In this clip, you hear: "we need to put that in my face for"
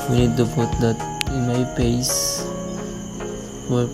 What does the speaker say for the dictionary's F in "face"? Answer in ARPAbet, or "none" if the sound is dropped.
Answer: P